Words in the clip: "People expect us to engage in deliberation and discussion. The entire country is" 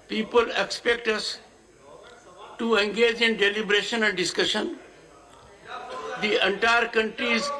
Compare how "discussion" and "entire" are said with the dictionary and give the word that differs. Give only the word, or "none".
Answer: none